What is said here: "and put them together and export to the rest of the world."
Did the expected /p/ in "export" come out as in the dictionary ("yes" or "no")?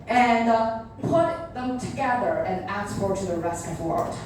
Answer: no